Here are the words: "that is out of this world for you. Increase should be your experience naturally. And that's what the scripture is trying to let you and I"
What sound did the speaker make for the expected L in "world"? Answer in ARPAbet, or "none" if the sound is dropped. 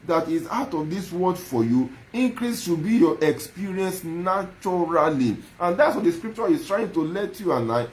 none